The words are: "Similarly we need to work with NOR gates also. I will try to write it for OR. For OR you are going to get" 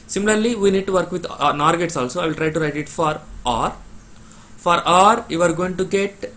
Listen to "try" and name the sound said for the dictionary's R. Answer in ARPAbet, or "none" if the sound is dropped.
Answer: R